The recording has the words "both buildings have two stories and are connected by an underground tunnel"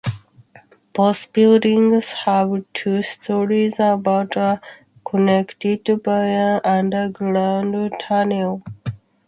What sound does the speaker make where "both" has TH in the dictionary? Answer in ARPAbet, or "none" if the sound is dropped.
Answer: S